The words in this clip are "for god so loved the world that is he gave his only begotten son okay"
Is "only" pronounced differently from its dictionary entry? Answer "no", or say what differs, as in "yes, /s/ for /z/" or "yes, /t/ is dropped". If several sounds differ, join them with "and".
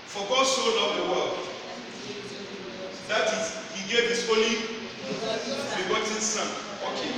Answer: yes, /n/ is dropped